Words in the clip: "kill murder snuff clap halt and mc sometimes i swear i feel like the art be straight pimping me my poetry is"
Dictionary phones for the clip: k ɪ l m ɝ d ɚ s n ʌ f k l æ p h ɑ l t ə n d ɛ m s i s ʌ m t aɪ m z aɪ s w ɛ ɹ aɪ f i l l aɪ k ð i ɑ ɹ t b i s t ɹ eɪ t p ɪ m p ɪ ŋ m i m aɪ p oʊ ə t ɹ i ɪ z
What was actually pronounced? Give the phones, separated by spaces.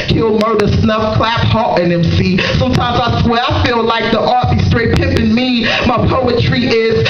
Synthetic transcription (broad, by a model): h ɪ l m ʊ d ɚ s n ʌ f k l æ p h ɑ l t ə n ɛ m s i s ʌ m t aɪ m z aɪ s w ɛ aɪ f i l l aɪ k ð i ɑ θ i s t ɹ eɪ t p ɪ p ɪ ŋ m i m aɪ p oʊ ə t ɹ i ɪ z